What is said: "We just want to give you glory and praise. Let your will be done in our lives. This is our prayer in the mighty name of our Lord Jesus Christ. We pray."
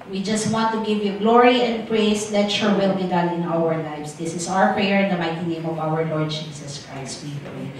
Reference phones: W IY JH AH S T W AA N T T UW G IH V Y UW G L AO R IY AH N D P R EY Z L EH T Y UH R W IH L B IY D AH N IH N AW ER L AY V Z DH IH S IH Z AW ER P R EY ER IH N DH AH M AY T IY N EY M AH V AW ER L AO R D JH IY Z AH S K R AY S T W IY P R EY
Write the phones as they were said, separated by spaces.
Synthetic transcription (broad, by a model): W IY JH AH S T W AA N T T UW G IH V Y UW G L AO R IY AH N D P R EY S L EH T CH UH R W IH L B IY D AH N IH N AW ER L AY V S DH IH S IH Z AW ER P R EY ER IH N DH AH M AY T IY N EY M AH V AW ER L AO R D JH IY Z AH S K R AY S T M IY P R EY